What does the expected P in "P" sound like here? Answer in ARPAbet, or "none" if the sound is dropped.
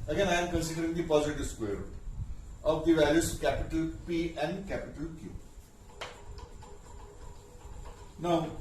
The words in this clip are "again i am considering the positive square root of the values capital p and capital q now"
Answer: P